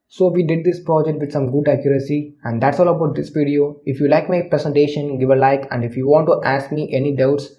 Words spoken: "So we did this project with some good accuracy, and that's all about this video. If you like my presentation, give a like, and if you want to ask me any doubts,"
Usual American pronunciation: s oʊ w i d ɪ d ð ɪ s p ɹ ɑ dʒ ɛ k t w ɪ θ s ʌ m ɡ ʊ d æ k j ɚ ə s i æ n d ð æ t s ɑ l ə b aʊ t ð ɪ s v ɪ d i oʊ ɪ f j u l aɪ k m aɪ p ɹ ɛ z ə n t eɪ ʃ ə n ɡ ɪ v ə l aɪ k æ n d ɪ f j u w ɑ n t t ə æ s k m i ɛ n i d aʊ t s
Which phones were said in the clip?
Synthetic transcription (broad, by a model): s oʊ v i d ɪ d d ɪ s p ɹ ɑ dʒ ɛ k t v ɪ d s ʌ m ɡ ʊ d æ k j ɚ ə s i æ n d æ t s ɑ l ə b aʊ t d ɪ s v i d i oʊ ɪ f j u l aɪ k m aɪ p ɹ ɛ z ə n t eɪ ʃ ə n ɡ ɪ v ə l aɪ k æ n d ɪ f j u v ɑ n t t æ s k m i ɛ n i d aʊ t s